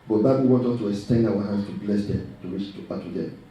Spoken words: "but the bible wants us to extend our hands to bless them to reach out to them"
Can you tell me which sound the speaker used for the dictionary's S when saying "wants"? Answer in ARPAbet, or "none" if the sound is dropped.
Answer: none